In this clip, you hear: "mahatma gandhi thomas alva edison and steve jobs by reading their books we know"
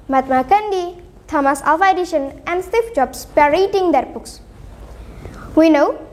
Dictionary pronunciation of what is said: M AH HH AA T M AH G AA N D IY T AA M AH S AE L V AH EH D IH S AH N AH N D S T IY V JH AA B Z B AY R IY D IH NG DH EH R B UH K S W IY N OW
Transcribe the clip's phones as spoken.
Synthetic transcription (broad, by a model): M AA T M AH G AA N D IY T AA M AH S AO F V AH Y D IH SH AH N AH N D S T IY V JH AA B S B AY R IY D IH NG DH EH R B UH K S W IY N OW